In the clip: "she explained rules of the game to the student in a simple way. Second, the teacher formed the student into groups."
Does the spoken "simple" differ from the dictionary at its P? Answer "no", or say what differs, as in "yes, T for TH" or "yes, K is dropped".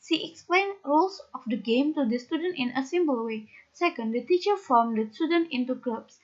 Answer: yes, B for P